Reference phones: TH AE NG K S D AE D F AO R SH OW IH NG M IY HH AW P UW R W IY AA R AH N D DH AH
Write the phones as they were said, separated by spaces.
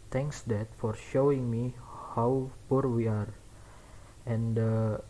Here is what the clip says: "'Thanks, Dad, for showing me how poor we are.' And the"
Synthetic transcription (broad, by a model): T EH NG K S D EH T F AO R SH OW IH NG M IY HH AW P UW R W IY AA R AH N D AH